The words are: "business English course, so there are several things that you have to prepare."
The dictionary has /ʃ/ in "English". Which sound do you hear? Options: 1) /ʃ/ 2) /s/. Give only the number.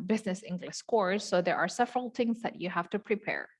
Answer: 2